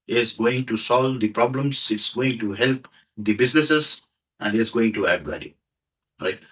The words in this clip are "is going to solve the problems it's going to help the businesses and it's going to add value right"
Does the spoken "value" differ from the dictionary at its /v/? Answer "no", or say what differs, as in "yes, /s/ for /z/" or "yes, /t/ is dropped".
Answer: yes, /b/ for /v/